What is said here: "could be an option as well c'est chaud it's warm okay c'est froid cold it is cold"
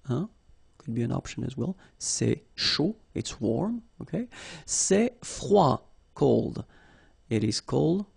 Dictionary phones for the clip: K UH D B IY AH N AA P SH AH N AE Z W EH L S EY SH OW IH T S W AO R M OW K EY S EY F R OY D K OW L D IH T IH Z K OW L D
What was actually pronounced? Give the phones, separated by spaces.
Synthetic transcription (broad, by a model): K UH D B IY AH N AA P SH AH N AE Z W EH L S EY SH OW IH T S W AO R M OW K EY S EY F W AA K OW L D IH T IH Z K OW L D